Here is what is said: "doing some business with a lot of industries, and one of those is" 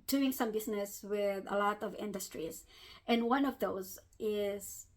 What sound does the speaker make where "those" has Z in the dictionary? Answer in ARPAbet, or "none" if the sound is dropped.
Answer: Z